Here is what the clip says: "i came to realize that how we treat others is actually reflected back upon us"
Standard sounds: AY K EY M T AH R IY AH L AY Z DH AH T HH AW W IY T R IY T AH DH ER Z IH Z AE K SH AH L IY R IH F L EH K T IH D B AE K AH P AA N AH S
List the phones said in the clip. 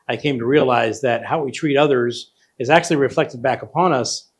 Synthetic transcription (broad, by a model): AY K EY M T AH R IY AH L AY Z DH AH T HH AW W IY T R IY T AH DH ER Z IH Z AE K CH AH L IY R IH F L EH K T IH D B AE K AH P AA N AH S